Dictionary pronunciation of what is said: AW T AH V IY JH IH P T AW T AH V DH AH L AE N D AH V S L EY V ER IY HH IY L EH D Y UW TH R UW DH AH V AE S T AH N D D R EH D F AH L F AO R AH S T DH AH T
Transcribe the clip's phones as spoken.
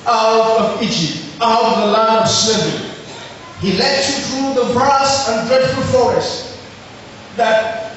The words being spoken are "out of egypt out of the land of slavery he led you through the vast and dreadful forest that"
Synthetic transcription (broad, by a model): AW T AH V IY JH IH P T AW T AH V DH AH L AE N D S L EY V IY HH IY L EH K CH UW TH R UW DH AH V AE S AH N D D R EH D F AH L F AO R AH S T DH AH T